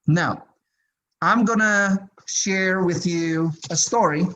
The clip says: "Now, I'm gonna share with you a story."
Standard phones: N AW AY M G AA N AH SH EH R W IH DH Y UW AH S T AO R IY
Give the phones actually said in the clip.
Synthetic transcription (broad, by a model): N AW AY M G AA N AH SH EH R W IH DH Y UW AH S T AO R IY